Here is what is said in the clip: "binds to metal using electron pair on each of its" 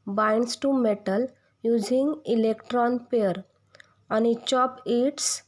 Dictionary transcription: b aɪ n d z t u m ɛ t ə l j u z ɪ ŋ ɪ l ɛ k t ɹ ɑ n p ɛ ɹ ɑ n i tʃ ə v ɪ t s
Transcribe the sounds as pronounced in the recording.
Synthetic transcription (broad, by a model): b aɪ n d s t u m ɛ t ə l j u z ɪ ŋ ɪ l ɛ k t ɹ ɑ n p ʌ ɹ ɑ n i tʃ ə p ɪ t s